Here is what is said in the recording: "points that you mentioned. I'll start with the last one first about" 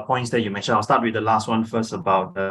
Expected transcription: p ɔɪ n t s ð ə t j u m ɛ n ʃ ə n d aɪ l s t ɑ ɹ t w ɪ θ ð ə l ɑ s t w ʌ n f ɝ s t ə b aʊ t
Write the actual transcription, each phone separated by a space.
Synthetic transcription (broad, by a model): p ɔɪ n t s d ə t j u m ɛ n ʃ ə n aɪ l s t ɑ t w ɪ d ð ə l ɑ s t w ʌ n f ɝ s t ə b aʊ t